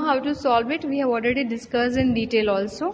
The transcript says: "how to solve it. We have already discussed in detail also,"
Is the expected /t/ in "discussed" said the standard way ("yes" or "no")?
no